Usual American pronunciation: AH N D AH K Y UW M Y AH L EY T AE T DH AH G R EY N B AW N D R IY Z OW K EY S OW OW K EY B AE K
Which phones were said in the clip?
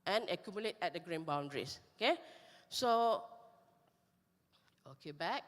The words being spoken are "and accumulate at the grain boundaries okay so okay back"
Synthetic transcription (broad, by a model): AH N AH K Y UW M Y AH L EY T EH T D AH G R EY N B AW N D R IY S OW K EY S OW OW K EY B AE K